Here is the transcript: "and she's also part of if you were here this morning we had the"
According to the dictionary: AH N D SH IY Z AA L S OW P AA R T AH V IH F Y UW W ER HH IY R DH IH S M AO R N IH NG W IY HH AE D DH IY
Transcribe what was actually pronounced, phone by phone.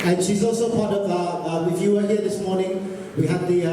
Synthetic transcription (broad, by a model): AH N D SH IY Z AA L S OW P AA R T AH W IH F Y UW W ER HH IY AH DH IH S M AO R N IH NG W IY HH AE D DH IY